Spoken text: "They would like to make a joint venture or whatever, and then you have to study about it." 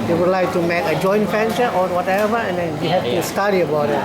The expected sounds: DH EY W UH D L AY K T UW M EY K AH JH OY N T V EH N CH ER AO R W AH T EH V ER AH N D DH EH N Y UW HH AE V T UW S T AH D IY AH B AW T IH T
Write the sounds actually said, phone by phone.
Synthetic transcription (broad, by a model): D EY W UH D L AY K T UW M EY K AH JH OY N T F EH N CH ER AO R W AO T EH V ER AH N D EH N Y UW HH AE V T UW S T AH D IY AH B AW T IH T